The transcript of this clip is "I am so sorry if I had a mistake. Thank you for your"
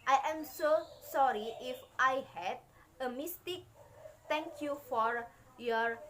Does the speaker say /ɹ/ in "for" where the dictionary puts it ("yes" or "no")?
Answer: yes